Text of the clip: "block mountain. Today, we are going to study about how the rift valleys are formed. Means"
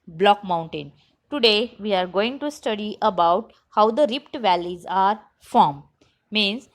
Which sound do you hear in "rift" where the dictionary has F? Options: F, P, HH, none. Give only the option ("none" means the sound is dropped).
P